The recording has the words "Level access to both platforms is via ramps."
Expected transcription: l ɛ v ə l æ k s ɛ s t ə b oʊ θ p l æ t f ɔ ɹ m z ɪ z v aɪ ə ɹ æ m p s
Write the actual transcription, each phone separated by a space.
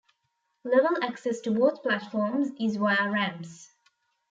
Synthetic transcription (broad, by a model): l ɛ v ə l æ k s ɛ s t ə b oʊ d p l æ t f ɔ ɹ m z ɪ z w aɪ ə ɹ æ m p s